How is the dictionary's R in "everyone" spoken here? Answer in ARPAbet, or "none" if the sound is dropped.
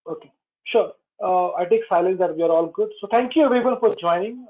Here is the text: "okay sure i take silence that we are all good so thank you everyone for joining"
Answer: none